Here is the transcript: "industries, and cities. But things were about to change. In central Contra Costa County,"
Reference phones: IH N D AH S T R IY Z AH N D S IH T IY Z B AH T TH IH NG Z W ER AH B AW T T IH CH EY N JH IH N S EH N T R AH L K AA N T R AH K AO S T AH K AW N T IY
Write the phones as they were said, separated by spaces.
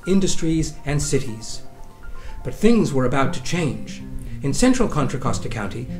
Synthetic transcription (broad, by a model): IH N D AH S T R IY Z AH N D S IH T IY Z B AH T TH IH NG Z W ER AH B AW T T IH CH EY N JH IH N S EH N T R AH L K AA N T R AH K AO S T AH K AW N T IY